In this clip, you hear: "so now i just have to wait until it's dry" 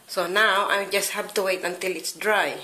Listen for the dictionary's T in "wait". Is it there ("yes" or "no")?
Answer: yes